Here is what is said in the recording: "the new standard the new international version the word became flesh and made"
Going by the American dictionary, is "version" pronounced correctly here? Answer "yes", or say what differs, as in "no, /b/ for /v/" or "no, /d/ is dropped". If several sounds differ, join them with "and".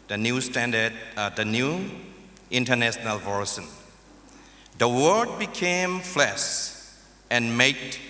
no, /s/ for /ʒ/